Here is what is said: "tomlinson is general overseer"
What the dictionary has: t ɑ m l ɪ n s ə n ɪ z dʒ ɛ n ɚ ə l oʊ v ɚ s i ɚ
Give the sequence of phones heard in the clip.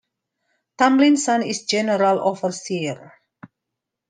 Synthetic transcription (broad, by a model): t ɑ m l ɪ n s ə n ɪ s dʒ ɛ n ɚ ə l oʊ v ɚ s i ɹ